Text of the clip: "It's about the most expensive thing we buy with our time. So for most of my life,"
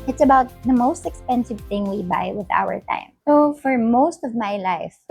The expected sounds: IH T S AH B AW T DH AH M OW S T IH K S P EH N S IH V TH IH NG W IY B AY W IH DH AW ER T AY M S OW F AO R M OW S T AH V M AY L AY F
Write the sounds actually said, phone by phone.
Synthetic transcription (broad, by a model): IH T S AH B AW T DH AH M OW S T IH K S P EH N S IH V TH IH NG W IY B AY W IH DH AW ER T AY M S OW F AO R M OW S T AH V M AY L AY F